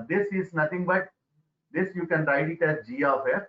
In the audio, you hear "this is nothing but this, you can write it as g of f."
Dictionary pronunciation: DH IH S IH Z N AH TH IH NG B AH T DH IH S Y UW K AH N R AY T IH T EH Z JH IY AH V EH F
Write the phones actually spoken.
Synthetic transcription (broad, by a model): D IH S IH Z N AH T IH NG B AH T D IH S Y UW K AH N R AY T IH T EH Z JH IY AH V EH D